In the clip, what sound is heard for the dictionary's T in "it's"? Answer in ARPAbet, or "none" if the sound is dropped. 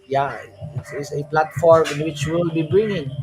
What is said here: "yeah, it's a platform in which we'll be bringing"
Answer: S